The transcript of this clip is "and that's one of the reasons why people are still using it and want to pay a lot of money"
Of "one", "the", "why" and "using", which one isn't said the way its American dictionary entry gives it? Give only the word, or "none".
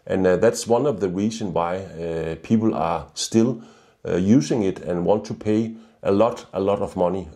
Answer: using